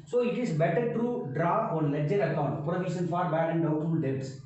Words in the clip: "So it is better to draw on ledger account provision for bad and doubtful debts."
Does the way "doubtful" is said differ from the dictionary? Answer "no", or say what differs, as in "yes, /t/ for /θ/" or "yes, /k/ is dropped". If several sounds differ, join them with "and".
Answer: yes, /f/ is dropped